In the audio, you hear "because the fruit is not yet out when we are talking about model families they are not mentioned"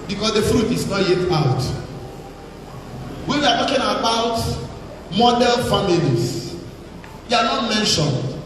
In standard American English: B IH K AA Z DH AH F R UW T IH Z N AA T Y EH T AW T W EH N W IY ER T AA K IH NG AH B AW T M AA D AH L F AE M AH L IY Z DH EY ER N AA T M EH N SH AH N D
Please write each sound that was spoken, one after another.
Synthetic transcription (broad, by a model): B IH K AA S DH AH F R UW T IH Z N AA T Y EH T AW T W EH N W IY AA T AA K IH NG AH B AW T M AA D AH N F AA M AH L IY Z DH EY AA N AA T M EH N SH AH N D